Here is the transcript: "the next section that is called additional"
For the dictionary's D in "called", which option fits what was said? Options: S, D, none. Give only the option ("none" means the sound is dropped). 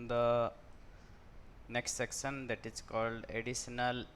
D